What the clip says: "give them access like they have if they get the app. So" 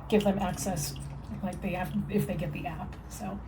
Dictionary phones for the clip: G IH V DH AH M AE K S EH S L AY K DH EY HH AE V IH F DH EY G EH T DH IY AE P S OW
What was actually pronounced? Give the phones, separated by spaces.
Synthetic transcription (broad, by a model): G IH V DH AH M AE K S EH S L AY K DH EY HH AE F IH F DH EY G EH T DH IY AE P S OW